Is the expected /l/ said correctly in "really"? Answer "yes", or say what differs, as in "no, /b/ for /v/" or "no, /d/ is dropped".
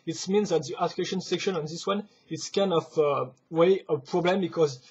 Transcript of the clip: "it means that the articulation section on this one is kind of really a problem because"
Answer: no, /w/ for /l/